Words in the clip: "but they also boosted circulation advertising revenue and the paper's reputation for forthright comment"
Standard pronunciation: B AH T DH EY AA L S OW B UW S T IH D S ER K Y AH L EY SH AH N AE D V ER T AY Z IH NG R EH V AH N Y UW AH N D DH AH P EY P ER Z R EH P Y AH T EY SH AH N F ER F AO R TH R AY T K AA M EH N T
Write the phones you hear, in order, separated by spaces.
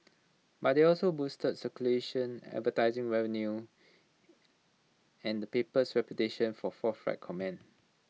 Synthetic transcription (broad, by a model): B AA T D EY AA L S OW B UW S T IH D S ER K Y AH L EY SH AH N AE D V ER T AY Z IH NG R EH V AH N Y UW AH N D AH P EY P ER S R EH P Y AH T EY SH AH N F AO F AO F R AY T K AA M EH N